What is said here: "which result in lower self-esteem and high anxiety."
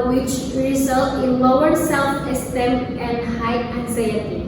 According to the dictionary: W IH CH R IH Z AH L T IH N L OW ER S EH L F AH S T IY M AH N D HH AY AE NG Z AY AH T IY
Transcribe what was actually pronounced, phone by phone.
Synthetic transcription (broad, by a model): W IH CH R IH Z AH L T IH N L OW ER S EH L F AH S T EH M AH N D HH AY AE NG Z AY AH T IY